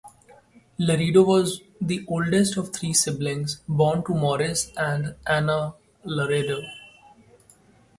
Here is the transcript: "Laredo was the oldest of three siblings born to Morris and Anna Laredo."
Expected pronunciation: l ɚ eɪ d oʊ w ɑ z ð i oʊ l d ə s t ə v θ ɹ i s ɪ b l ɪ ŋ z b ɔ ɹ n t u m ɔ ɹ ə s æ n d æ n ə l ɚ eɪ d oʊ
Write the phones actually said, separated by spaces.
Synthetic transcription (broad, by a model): l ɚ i d oʊ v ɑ z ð i oʊ l d ə s t ə v t ɹ i s ɪ b l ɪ ŋ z b ɔ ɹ n t u m ɔ ɹ ə s æ n d æ n ə l ɚ eɪ d oʊ